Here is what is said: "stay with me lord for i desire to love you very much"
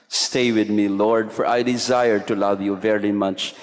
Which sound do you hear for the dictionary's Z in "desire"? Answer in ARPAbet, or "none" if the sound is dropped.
Z